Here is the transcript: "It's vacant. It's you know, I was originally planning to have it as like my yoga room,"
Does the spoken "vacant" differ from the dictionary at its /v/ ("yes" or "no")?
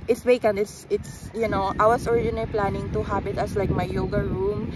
yes